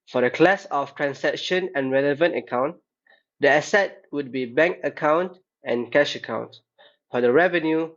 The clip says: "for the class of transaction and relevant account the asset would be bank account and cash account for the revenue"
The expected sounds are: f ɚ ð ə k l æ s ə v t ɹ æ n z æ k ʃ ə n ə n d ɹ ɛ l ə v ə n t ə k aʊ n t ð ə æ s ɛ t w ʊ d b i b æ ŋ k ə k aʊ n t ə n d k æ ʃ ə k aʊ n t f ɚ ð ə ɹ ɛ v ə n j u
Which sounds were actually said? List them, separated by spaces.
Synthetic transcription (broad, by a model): f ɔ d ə k l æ s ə f t ɹ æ n s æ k ʃ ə n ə n ɹ ɛ l ə v ə n t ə k aʊ n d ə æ s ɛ t w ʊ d b i b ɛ ŋ k ə k aʊ n t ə n k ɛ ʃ ə k aʊ n t f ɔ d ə ɹ ɛ v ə n j u